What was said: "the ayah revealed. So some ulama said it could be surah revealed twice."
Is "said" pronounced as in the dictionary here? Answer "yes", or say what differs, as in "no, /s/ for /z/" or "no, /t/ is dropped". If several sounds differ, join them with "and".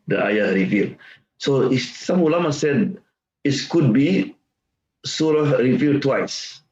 yes